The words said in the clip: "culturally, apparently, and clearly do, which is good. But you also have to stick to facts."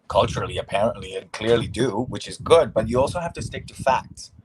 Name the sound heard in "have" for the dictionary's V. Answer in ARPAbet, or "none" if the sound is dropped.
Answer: F